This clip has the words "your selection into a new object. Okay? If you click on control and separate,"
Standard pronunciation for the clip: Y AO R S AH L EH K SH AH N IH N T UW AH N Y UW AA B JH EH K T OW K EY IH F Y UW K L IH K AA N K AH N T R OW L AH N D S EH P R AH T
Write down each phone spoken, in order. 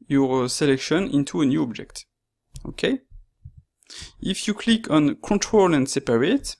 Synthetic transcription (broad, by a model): Y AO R S AH L EH K SH AH N IH N T UW AH N Y UW AA B JH EH K T OW K EY IH F Y UW K L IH K AA N K AH N T R OW L AH N D S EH P R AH T